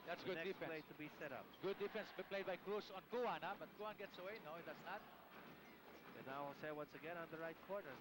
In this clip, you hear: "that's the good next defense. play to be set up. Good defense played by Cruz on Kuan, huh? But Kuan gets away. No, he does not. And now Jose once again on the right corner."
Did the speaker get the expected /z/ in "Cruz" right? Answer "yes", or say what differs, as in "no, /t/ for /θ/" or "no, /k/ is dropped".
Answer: no, /s/ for /z/